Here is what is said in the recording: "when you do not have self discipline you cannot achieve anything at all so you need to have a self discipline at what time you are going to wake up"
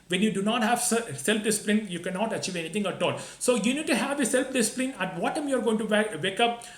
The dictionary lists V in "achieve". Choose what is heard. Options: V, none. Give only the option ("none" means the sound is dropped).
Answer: V